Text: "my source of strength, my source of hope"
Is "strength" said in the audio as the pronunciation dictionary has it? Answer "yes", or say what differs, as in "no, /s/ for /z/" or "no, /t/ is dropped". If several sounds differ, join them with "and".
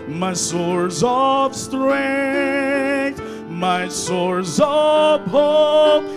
yes